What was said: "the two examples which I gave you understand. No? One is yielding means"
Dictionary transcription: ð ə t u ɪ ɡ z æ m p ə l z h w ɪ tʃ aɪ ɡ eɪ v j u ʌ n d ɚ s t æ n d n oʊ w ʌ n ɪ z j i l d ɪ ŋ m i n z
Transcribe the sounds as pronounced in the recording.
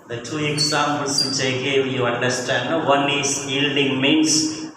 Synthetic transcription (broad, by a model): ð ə t u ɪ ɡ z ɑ m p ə l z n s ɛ ɪ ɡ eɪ w j u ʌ n d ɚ s t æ n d n oʊ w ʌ n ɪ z j i l d ɪ ŋ m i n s